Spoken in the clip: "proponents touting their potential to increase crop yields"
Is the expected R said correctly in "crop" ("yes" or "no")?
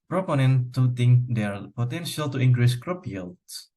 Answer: yes